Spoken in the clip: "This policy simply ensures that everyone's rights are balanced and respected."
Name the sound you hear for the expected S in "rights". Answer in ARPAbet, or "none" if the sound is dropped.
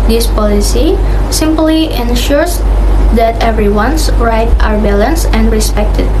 none